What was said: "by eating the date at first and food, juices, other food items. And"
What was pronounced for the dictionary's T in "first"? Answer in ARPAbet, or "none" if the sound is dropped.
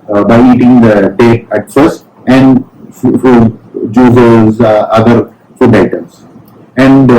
none